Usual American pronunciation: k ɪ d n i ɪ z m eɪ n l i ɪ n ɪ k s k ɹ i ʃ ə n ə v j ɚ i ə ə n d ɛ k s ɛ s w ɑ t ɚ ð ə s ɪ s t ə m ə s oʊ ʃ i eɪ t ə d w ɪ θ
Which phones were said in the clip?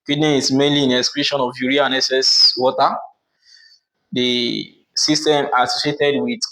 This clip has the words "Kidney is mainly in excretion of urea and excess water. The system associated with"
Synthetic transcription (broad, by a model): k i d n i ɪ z m eɪ n l i ɪ n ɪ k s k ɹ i ʃ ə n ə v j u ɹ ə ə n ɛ s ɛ s w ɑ t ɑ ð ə s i s t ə m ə s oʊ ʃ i eɪ t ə d w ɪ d